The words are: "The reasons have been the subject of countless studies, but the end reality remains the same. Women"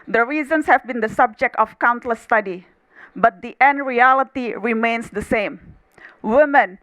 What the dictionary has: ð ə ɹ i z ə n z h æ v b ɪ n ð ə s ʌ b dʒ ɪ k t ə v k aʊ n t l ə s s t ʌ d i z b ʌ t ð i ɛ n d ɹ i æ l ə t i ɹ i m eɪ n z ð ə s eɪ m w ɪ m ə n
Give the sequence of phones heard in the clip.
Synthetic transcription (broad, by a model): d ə ɹ i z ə n s h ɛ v b ɪ n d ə s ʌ b dʒ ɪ k t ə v k aʊ n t l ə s s t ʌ d i b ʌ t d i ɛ n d ɹ i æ l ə t i ɹ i m eɪ n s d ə s eɪ m w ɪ m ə n